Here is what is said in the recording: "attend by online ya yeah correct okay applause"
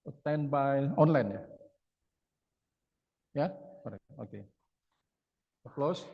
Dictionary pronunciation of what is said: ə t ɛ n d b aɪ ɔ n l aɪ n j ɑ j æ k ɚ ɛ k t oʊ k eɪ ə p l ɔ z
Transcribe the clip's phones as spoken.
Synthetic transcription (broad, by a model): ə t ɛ n b aɪ ɔ n l aɪ n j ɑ j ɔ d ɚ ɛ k oʊ k eɪ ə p l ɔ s